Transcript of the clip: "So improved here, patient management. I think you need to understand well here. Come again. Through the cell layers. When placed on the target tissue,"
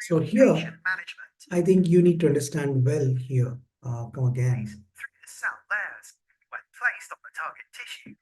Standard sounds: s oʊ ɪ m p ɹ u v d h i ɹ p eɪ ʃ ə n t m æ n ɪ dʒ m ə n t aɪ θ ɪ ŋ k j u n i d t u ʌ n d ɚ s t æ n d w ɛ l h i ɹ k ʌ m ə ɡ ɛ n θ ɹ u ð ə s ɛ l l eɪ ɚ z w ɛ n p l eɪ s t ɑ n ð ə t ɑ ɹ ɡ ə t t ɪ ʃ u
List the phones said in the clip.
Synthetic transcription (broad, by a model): s oʊ h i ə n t m æ n ɪ dʒ m ə n t aɪ t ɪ ŋ k j u n i d t u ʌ n d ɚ s t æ n d w ɛ l h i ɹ k ʌ m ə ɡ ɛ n θ ɹ u ð ə s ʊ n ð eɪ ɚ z w ɛ n p l eɪ s t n ð ə t ɑ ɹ ɡ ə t t ɪ ʃ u